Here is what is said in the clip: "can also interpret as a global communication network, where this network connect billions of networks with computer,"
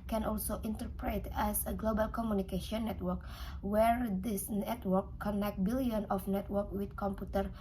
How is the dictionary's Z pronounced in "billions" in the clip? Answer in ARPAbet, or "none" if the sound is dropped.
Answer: none